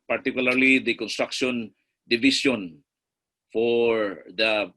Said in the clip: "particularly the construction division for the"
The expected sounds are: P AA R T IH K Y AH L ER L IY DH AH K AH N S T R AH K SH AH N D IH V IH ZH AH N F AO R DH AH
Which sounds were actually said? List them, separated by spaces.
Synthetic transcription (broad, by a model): P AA R T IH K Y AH L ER L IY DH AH K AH N S T R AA K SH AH N D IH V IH S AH N F AO R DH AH